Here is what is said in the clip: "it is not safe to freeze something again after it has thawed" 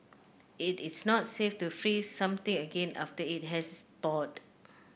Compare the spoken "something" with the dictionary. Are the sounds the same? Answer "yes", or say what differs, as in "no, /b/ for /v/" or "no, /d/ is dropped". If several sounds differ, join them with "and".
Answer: no, /t/ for /θ/